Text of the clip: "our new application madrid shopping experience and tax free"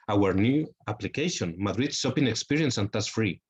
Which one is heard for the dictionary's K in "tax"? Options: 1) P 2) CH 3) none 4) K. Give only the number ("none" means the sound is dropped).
3